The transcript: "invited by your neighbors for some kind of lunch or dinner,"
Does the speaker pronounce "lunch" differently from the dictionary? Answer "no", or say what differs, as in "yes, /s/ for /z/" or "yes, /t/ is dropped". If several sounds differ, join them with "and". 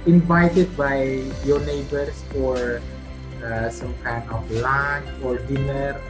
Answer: yes, /tʃ/ is dropped